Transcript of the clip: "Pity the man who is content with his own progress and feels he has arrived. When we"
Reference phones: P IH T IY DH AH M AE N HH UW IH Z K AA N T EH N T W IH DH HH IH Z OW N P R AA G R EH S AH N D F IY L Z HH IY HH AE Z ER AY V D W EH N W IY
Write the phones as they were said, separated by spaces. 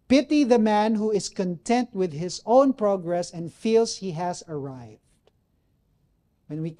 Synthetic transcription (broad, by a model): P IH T IY DH AH M AE N HH UW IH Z K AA N T EH N T W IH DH HH IH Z OW N P R AA G R EH S AH N D F IY L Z HH IY HH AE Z ER AY V D W EH N W IY